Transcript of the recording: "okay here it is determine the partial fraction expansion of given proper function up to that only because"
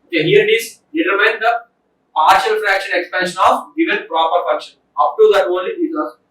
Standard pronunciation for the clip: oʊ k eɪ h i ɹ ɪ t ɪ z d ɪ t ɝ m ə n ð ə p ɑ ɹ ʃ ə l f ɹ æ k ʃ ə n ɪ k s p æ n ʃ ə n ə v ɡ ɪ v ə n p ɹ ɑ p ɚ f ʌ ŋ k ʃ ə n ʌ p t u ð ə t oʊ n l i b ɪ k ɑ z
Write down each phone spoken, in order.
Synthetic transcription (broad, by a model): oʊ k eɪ h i ɹ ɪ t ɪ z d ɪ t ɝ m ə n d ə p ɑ ɹ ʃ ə l f ɹ æ k ʃ ə n ɪ k s p æ n ʃ ə n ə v ɡ ɪ v ə n p ɹ ɑ p ɚ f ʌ k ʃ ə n ʌ p t u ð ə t oʊ n l i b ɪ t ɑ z